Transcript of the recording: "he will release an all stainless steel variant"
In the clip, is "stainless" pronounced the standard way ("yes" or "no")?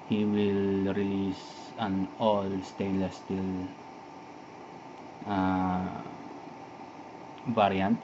no